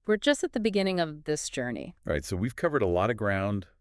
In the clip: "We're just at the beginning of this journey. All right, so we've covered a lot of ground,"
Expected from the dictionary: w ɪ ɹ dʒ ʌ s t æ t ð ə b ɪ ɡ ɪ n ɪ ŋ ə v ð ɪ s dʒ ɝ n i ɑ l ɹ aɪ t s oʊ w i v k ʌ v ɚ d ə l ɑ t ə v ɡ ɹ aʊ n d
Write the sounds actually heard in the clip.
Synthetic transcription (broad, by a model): w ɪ ɹ dʒ ʌ s t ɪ t ð ə b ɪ ɡ ɪ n ɪ ŋ ə v ð ɪ s dʒ ɝ n i ɹ aɪ t s oʊ w i v k ʌ v ɚ d ə l ɑ t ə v ɡ ɹ aʊ n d